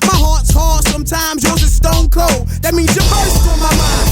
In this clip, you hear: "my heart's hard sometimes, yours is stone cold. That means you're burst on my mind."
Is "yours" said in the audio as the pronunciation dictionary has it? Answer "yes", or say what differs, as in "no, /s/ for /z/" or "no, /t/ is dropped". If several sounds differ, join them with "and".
no, /w/ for /ɹ/